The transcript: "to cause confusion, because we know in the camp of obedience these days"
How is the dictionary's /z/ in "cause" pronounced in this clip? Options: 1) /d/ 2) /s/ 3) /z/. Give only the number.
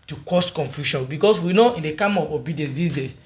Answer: 2